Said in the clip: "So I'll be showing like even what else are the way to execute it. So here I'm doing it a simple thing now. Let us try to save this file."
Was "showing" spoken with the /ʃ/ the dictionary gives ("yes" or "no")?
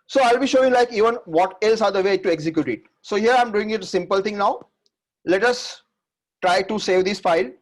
yes